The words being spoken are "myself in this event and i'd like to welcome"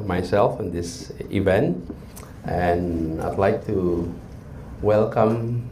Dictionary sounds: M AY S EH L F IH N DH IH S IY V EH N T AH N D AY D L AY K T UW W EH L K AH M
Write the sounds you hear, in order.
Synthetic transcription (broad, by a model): M AY S EH L F IH N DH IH S IY V EH N T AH N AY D L AY K T UW W EH L K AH M